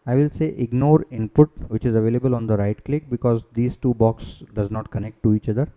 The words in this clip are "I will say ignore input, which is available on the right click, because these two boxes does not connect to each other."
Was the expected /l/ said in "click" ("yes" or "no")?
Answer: yes